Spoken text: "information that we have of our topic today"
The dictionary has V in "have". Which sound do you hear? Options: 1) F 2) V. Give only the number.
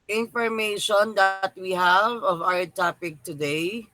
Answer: 2